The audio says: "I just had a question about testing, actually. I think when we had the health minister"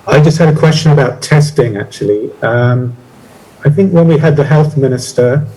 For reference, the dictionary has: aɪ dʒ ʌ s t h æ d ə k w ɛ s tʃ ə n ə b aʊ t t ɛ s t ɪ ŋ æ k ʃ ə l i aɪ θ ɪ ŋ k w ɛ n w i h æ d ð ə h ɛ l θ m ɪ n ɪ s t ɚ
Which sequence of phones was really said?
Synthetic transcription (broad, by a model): aɪ dʒ ʌ s t h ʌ d ə k w ɛ s tʃ ə n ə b aʊ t t ɛ s t ɪ ŋ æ k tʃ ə l i aɪ θ ɪ ŋ k w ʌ n w i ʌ d ð ə h ɛ l θ m ɪ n ɪ s t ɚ